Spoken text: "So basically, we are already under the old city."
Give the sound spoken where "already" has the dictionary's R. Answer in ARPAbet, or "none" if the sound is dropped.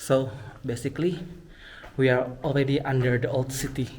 L